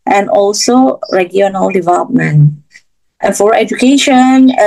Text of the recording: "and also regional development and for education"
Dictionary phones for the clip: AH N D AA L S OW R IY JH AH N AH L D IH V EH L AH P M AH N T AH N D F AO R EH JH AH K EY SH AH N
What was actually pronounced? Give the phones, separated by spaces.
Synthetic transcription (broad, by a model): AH N AA L S OW R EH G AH N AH L D IH V EH L AH P M AH N T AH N F AO R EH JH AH K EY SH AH N